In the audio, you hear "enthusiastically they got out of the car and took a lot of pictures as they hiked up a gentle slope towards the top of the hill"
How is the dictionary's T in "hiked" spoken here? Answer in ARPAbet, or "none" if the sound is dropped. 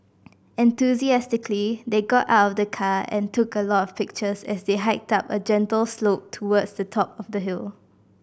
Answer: T